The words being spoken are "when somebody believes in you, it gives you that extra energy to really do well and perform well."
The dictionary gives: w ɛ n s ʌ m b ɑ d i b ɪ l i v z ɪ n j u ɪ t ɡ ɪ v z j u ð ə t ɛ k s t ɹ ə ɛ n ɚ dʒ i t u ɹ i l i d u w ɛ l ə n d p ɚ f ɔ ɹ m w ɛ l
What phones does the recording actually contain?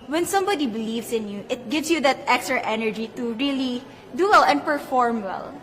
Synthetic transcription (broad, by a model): w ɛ n s ʌ m b ɑ d i b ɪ l i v s ɪ n j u ɪ t ɡ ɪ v s j u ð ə t ɛ k s t ɹ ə ɛ n ɚ dʒ i t u ɹ i l i d u w ɛ l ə n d p ɚ f ɔ ɹ m w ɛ l